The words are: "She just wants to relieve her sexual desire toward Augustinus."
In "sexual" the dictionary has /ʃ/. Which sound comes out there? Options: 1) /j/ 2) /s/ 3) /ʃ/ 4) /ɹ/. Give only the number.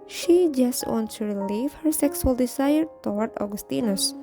2